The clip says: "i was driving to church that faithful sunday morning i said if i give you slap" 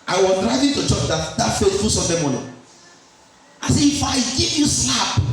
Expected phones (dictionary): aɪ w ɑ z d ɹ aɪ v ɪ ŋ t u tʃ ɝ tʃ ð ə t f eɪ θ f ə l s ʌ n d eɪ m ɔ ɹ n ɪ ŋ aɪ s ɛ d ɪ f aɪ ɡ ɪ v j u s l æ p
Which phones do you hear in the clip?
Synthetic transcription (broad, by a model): aɪ w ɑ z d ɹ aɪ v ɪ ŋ t u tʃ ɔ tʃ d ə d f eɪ t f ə s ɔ d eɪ m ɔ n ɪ aɪ s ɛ ɪ f aɪ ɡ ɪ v j u s l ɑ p